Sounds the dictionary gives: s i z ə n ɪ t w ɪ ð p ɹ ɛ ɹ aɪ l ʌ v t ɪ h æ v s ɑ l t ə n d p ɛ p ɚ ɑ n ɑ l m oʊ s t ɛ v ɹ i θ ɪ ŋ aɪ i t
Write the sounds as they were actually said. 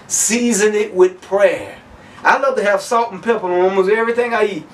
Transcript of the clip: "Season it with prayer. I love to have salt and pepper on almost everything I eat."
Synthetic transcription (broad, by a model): s i z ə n ɪ t w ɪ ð p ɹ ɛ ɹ aɪ l ʌ v t ɪ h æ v s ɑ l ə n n p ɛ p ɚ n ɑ m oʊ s ɛ v ɹ i θ ɪ ŋ aɪ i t